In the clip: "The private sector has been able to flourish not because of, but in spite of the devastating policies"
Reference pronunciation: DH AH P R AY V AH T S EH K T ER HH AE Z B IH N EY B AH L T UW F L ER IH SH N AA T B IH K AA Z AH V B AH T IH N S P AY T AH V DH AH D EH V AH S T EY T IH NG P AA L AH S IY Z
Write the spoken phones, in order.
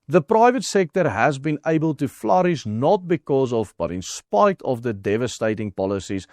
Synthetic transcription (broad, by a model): DH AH P R AY V AH T S EH K T ER HH AE Z B IH N EY B AH L T UW F L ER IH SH N AA T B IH K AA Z AH V B AH T IH N S P AY T AH V DH AH D EH V AH S T EY T IH NG P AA L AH S IY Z